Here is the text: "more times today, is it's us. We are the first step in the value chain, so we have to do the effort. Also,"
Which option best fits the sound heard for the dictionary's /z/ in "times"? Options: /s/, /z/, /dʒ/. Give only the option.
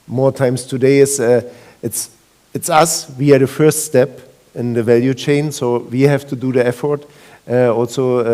/s/